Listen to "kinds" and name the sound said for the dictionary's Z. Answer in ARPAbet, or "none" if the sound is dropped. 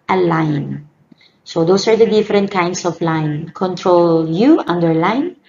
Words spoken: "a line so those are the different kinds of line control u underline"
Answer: S